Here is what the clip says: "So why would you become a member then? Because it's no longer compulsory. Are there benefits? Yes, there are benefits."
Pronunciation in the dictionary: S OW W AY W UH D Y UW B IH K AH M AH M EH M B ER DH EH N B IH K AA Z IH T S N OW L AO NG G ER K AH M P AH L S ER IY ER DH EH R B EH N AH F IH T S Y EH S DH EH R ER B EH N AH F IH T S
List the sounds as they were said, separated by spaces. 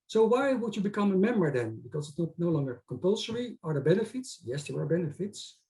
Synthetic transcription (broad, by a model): S OW W AY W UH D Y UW B IH K AH M AH M EH M B ER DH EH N B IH K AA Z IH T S N OW L AO NG G ER K AH M P AH L S ER IY ER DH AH B EH N AH F IH T S Y EH S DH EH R ER B EH N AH F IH T S